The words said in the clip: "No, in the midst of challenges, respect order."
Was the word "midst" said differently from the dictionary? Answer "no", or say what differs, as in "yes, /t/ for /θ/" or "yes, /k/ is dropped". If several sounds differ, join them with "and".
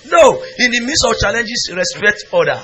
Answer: yes, /t/ is dropped